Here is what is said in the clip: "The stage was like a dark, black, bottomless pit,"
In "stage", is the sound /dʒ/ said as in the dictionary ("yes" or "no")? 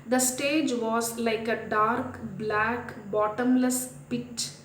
yes